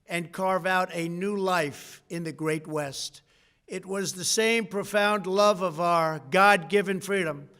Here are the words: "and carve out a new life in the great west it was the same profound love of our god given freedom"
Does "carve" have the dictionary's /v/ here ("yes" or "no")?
yes